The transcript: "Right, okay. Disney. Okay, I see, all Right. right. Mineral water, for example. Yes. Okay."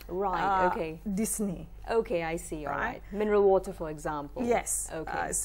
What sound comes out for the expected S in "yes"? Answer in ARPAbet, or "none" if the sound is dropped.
S